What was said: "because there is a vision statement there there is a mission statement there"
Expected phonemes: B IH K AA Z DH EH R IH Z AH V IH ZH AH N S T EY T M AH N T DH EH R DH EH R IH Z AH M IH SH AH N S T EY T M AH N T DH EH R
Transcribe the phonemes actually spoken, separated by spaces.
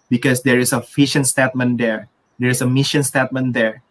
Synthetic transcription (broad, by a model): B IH K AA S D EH R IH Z AH F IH SH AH N S T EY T M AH N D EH R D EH R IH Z AH M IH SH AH N S T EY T M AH N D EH R